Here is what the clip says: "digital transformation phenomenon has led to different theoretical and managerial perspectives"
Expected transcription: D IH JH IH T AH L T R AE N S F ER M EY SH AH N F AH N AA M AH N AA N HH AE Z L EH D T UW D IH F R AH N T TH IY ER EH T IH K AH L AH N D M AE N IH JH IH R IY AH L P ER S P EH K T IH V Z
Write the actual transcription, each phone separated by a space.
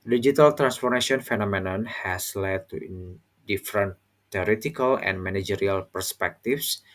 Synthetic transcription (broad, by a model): D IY JH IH T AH L T R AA N S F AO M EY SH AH N F AH N AA M AH N AA N HH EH S L EH D T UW D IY F R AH N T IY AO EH T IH K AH L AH N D M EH N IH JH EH R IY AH L P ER S P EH K T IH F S